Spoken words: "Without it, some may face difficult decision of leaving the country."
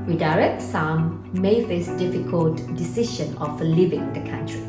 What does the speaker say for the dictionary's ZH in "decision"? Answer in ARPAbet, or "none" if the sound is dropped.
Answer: SH